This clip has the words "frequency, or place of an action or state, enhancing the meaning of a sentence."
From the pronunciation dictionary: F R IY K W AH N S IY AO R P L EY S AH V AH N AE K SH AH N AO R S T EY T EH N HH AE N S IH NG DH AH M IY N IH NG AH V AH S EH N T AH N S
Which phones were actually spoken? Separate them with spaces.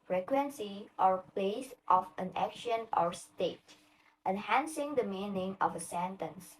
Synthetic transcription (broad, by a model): F R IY K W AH N S IY AO R P L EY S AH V AH N AE K SH AH N AO R S T EY T EH N HH AE N S IH NG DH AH M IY N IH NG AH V AH S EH N T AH N S